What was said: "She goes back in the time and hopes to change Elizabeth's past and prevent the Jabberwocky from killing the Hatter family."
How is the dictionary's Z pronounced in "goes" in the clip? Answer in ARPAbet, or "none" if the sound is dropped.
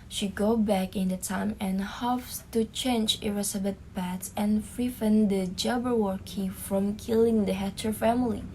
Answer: none